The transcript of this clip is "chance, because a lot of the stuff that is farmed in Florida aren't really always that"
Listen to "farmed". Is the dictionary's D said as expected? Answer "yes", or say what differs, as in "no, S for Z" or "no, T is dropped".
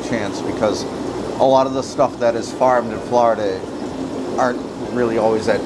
yes